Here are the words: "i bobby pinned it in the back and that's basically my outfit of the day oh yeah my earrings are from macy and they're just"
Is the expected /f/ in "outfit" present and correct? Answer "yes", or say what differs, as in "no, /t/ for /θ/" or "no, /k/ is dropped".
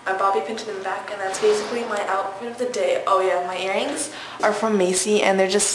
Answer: no, /p/ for /f/